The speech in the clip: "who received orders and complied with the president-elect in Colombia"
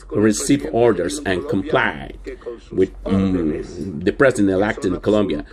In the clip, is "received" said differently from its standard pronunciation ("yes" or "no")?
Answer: yes